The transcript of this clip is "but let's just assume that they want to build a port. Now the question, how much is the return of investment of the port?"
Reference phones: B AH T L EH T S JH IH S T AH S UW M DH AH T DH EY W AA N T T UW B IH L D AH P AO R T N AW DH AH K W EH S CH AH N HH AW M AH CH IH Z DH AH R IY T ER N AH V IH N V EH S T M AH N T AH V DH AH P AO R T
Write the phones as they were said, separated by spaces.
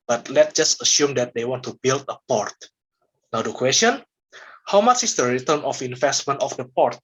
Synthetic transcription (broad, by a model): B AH T L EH T JH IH S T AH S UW M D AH T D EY W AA N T T UW B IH L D AH P AO R T N AW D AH K W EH S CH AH N HH AW M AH CH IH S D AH R IY T ER N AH F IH N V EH S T M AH N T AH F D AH P AO R T